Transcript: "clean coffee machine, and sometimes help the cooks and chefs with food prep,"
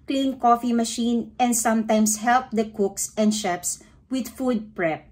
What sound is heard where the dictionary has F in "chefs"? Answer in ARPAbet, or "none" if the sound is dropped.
P